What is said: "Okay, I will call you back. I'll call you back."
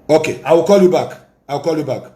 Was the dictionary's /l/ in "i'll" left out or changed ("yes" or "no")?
yes